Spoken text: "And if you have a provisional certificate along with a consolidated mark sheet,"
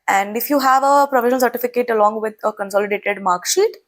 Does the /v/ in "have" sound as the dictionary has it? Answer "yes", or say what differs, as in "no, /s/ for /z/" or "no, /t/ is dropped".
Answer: yes